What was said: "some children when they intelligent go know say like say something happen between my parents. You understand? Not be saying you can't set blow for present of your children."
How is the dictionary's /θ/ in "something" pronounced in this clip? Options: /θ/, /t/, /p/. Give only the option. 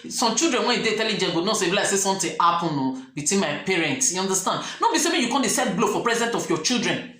/t/